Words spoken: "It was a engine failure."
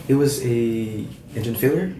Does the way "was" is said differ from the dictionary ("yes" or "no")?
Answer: no